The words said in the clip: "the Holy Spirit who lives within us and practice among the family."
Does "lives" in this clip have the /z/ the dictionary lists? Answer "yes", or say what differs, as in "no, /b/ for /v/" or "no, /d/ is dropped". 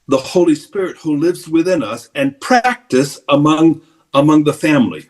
yes